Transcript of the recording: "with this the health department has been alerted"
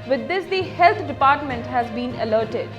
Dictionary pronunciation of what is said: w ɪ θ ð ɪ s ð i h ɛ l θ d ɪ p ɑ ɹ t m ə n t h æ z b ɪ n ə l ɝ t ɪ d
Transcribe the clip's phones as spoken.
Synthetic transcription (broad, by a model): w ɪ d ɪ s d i h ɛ l t d ɪ p ɑ ɹ t m ə n t h æ z b ɪ n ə l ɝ t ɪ d